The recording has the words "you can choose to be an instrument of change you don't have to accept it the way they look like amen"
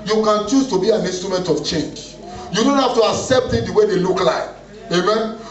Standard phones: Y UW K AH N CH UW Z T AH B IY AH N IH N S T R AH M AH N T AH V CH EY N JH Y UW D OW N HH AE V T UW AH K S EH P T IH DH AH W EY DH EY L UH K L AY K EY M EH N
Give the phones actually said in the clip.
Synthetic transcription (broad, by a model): Y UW K AH N CH UW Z T AH B IY AH N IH N S T R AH M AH N T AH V CH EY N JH Y UW D OW N HH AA F T UW AH K S EH P T IH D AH W EY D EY L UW K L AY K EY M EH N